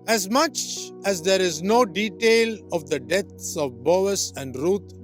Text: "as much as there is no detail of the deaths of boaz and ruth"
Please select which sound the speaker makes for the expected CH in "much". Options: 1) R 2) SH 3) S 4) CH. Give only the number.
4